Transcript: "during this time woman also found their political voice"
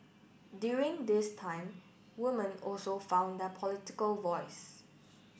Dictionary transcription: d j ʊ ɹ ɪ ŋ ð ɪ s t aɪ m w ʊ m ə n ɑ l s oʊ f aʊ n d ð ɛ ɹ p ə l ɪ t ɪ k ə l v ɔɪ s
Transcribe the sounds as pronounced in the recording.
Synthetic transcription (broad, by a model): d j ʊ ɹ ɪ ŋ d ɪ s t aɪ m w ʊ m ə n ɑ l s oʊ f aʊ n d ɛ p ə l ɪ t ɪ k ə l v ɔɪ s